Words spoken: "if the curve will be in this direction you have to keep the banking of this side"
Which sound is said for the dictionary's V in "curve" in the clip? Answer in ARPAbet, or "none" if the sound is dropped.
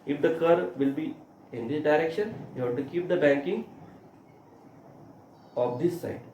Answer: V